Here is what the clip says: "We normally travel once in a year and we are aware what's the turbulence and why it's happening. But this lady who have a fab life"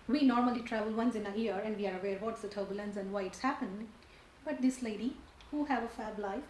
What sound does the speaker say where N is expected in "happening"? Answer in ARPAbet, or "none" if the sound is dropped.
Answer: none